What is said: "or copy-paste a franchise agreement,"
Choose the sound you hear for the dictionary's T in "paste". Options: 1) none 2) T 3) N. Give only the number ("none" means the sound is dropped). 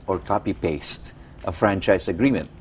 2